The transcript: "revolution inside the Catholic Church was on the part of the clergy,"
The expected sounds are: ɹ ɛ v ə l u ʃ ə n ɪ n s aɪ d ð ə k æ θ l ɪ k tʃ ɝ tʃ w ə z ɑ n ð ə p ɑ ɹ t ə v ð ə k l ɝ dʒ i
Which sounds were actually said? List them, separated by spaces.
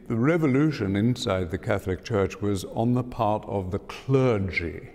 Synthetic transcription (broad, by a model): ɹ ɛ v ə l u ʃ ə n ɪ n s aɪ d ð ə k æ θ l ɪ k tʃ ɝ tʃ w ə z n ð ə p ɑ ɹ t ə v ð ə k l ɝ dʒ i